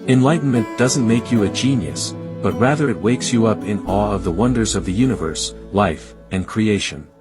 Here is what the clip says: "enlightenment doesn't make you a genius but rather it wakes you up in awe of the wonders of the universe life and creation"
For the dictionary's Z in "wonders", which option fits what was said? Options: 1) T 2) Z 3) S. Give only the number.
2